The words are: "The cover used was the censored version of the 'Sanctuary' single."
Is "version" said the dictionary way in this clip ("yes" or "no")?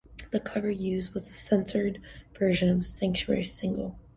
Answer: yes